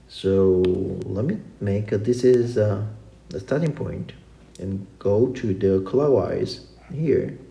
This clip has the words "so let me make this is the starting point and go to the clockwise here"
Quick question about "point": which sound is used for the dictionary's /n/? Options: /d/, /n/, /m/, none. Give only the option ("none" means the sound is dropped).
/n/